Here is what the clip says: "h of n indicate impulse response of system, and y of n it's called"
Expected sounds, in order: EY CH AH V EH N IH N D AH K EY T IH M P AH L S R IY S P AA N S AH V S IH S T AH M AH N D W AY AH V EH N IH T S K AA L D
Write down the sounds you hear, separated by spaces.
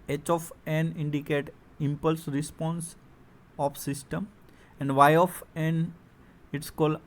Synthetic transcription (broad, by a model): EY CH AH F EH N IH N D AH K EY T IH M P AH L S R IY S P AA N S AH F S IH S T AH M AH N D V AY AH F EH N IH T S K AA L D